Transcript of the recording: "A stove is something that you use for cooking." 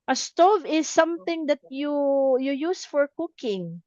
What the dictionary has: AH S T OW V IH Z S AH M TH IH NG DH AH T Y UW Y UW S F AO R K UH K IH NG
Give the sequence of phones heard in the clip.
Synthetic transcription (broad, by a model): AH S T OW V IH S AH M TH IH NG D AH T Y UW Y UW S F AO R K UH K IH NG